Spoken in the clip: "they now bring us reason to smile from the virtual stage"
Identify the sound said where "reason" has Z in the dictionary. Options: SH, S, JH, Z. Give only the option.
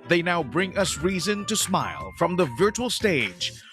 Z